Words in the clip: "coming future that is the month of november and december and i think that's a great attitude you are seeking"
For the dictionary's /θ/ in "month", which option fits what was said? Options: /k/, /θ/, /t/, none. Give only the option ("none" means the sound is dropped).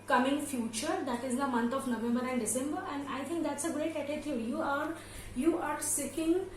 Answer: /t/